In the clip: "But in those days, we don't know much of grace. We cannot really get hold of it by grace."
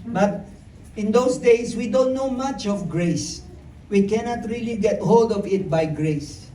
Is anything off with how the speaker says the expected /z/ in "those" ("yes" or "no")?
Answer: yes